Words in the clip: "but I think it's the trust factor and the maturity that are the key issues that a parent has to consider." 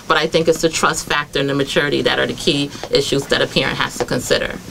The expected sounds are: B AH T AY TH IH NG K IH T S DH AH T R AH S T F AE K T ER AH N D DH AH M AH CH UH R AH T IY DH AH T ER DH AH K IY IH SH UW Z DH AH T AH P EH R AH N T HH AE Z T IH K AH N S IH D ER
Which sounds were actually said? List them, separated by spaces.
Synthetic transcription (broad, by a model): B AH T AY TH IH NG K IH T S DH AH T R AH S T F AE K T ER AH N DH AH M AH CH UH R AH T IY DH AH T ER DH AH K IY IH SH UW Z DH AH T AH P EH R AH N T HH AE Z T IH K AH N S IH D ER